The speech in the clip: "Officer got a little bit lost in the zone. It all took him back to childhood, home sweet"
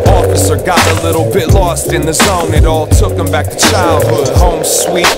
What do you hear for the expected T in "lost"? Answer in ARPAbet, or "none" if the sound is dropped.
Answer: T